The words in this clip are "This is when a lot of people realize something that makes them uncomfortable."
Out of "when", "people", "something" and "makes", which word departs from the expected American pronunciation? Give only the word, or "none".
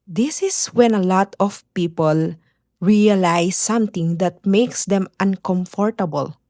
something